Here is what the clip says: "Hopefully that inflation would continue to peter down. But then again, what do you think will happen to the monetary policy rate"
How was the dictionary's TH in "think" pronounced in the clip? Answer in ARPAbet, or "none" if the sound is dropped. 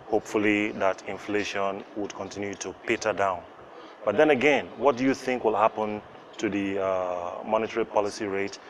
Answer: TH